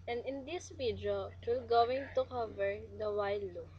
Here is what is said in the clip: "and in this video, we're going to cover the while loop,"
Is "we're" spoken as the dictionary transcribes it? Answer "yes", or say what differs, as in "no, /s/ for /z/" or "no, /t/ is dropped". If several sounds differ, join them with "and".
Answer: no, /l/ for /ɹ/